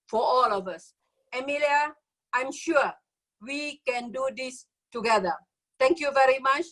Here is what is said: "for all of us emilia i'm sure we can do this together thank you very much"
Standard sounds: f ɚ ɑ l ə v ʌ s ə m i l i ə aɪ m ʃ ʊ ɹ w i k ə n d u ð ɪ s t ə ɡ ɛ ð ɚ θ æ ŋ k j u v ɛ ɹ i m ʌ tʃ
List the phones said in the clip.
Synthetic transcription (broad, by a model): f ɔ ɑ l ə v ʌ s ə m i l i ə aɪ m ʃ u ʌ w i k ə n d u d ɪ s t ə ɡ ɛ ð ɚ t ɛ ŋ k j u v ɛ ɹ i m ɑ tʃ